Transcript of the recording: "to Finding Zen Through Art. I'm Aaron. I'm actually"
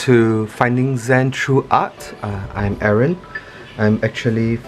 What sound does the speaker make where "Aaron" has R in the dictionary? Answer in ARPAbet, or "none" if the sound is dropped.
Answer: R